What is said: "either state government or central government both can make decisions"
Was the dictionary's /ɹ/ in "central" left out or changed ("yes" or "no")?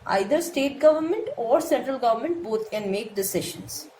no